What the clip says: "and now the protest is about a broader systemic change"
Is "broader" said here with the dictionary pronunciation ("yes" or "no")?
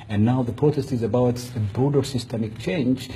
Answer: no